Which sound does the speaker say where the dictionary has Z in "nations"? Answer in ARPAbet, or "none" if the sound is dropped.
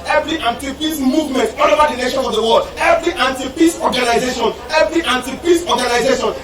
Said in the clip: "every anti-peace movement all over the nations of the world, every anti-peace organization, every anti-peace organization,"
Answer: none